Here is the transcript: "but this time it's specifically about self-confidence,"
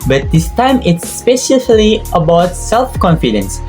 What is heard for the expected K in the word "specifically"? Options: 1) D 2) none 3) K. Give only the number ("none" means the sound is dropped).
2